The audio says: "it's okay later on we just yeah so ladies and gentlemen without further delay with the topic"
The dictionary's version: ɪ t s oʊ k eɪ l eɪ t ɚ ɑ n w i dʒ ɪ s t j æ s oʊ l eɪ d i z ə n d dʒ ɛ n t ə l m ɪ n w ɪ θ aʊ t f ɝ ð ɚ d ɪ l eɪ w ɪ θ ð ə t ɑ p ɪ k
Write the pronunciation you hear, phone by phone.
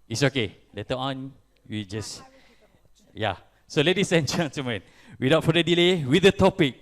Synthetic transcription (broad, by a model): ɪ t s oʊ k eɪ l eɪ t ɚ ɑ n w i dʒ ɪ s j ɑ s oʊ l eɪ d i s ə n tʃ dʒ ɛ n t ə m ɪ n w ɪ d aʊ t f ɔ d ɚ d ɪ l eɪ w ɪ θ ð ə t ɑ p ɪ k